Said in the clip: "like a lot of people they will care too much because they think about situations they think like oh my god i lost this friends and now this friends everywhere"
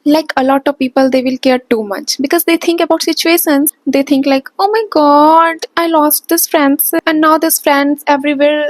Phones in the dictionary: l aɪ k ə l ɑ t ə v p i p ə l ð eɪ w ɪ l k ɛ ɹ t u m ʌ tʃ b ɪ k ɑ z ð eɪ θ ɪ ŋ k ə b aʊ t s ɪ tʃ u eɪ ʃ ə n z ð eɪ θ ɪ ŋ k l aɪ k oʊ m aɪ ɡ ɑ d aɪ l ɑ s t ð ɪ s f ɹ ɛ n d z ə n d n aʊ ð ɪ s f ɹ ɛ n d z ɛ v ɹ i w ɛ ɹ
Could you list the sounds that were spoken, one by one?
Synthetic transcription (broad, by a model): l aɪ k ə l ɑ t ə v p i p ə l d eɪ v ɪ l k ɛ ɹ t u m ʌ tʃ b ɪ k ɑ z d eɪ t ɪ ŋ k ə b aʊ t s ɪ tʃ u eɪ ʃ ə n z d eɪ t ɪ ŋ k l aɪ k oʊ m aɪ ɡ ɑ d aɪ l ɑ s t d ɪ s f ɹ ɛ n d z ə n d n aʊ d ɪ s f ɹ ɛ n d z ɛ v ɹ i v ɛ ɹ